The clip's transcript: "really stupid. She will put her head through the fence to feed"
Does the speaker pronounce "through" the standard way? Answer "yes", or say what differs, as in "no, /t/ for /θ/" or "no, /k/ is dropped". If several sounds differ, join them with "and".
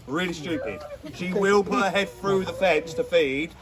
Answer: yes